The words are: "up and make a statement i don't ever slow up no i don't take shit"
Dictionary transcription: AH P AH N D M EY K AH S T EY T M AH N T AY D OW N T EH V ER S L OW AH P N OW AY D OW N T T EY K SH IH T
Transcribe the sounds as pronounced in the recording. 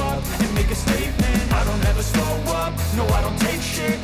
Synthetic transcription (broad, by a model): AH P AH N M EY K AH S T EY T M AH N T AY D OW N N EH V ER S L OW AH P N OW AY D OW N T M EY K SH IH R